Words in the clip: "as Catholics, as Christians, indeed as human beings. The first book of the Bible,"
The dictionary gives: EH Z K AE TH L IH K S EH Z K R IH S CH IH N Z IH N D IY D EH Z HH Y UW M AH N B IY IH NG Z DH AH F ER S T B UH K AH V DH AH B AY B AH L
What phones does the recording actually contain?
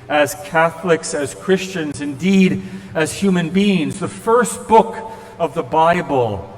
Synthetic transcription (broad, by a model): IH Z K AE TH L IH K S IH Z K R IH S CH IH N Z IH N D IY D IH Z HH Y UW M AH N B IY IH NG Z DH AH F ER S T B UH K AH V DH AH B AY B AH L